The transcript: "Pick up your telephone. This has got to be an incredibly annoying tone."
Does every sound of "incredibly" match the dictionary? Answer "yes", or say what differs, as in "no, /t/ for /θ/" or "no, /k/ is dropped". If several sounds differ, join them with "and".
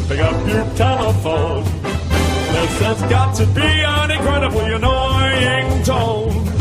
no, /n/ is dropped